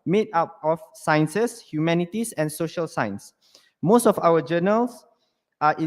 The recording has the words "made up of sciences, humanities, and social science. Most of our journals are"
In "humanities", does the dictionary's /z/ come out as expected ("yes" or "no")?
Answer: no